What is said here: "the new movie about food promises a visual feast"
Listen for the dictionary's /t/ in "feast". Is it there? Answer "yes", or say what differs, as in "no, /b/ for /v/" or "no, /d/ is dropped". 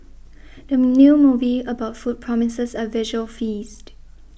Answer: yes